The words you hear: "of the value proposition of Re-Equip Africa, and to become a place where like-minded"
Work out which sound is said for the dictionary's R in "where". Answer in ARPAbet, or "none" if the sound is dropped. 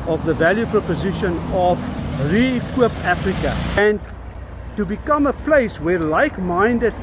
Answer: R